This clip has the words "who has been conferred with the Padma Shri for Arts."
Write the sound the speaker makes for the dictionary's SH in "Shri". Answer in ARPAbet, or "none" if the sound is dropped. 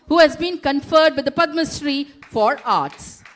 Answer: S